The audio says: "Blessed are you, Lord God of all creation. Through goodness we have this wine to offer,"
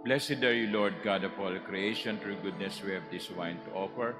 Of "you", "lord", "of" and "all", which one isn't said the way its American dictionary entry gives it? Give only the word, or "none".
of